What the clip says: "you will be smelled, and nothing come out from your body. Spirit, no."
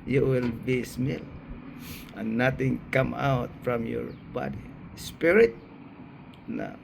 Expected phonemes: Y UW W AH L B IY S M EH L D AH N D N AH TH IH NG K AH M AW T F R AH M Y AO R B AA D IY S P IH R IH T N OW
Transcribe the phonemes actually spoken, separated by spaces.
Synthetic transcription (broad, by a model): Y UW W AH L B IY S M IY L AH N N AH T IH NG K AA M AW T F R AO M Y AO R B AA D IY S P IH R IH T N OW